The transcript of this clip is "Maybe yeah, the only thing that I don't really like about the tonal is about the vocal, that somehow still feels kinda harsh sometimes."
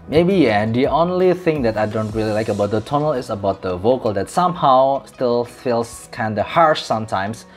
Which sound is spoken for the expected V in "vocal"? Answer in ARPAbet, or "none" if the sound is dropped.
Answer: V